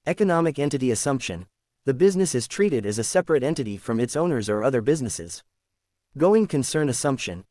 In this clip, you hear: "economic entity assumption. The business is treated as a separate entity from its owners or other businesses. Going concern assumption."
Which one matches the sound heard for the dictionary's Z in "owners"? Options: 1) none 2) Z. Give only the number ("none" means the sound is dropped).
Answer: 2